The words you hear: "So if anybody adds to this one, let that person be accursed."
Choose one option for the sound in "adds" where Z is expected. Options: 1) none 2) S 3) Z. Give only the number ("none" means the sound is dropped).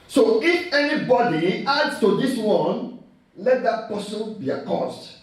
2